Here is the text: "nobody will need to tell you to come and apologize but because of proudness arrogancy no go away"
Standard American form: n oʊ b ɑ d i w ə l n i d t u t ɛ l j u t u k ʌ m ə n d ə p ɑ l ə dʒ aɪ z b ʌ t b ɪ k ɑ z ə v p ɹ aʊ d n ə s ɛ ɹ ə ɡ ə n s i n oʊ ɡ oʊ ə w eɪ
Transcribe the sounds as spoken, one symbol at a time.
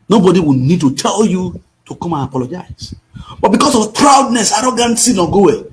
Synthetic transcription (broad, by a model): n oʊ b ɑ d i w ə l n i d t u t ɛ l j u t u k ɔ m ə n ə p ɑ l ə dʒ aɪ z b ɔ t b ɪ k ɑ s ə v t ɹ aʊ d n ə s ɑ ɹ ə ɡ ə n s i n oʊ ɡ oʊ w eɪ